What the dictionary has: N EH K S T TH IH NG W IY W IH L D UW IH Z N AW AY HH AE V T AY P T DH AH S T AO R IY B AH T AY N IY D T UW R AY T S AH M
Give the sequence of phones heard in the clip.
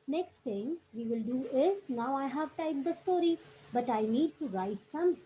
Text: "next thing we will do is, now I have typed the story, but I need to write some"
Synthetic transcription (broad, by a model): N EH K S T T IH NG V IY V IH L D UW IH S N AW AY HH AE V T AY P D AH S T AO R IY B AH T AY N IY D T UW R AY T S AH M